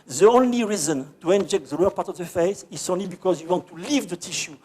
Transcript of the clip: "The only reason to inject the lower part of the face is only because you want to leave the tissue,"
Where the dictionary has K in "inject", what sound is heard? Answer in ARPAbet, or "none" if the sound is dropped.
K